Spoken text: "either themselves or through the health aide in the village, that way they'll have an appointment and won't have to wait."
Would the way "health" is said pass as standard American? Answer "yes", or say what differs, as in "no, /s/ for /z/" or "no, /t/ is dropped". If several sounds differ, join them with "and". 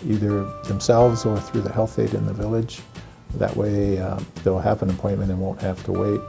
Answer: yes